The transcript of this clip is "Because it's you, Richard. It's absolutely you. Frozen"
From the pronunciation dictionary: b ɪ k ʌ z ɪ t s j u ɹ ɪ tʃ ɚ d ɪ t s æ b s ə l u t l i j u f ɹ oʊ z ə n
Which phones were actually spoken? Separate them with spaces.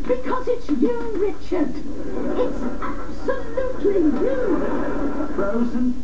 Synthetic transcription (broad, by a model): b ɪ k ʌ z ɪ t s j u ɹ ɪ tʃ ɚ d ɪ t s æ b s ə l u t l i j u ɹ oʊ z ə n